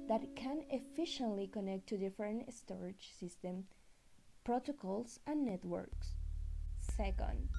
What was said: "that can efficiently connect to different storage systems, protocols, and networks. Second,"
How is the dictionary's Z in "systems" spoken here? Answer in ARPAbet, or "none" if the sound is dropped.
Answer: none